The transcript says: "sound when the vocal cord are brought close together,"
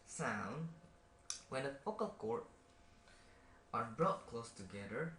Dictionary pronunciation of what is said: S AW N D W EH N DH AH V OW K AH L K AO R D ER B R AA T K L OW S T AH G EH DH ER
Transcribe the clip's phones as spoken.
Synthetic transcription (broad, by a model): S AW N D W EH N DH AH F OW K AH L K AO R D ER B R AA T K L OW S T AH G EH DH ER